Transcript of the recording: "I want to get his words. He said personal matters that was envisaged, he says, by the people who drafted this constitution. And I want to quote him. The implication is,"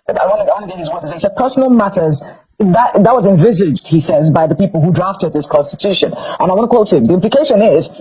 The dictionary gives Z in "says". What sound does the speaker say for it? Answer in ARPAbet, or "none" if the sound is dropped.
Z